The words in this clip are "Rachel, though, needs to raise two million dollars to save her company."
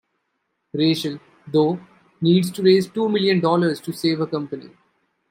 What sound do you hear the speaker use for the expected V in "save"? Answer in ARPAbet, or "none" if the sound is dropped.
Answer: V